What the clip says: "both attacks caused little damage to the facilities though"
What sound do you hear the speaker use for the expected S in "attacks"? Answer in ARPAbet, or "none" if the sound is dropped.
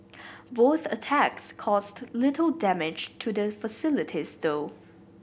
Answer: S